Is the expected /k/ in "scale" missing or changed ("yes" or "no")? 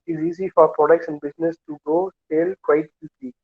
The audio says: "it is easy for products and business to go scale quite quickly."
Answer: yes